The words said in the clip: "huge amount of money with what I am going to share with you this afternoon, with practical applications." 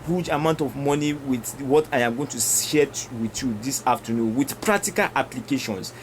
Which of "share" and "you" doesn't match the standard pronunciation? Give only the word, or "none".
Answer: share